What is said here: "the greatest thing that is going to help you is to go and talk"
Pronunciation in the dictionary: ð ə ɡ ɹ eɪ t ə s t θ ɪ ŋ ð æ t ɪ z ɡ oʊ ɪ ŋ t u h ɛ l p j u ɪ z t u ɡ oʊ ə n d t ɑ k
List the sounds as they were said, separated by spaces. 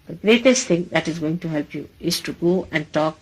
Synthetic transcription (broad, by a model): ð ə ɡ ɹ eɪ t ə s t t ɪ ŋ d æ t ɪ z ɡ oʊ ɪ ŋ t u h ɛ l p j u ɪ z t u ɡ oʊ ə n d t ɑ k